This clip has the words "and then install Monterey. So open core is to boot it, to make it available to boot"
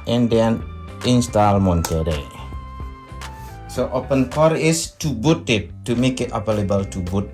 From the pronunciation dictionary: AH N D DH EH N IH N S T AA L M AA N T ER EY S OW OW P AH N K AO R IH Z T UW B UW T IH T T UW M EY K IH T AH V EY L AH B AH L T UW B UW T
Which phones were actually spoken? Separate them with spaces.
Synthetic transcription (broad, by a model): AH N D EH N IH N S T AA L M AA N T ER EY S OW OW P AH N K AO R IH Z T UW B UW T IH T T UW M EY K IH T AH P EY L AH B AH L T UW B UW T